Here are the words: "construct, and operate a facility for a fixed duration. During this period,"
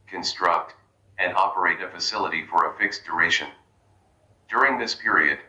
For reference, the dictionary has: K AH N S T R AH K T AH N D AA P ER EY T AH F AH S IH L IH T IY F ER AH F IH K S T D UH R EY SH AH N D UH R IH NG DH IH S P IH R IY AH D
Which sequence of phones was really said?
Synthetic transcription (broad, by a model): K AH N S T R AH K T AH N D AA P ER EY T AH F AH S IH L IH T IY F ER AH F IH K S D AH R EY SH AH N D UH R IH NG DH IH S P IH R IY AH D